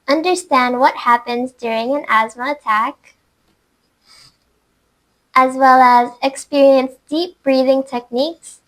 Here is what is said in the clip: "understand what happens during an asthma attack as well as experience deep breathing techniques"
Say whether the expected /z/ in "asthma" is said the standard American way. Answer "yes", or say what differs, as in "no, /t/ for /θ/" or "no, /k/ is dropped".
yes